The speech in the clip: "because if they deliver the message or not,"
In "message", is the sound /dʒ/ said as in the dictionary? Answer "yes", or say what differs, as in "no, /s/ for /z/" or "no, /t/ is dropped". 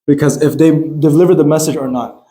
yes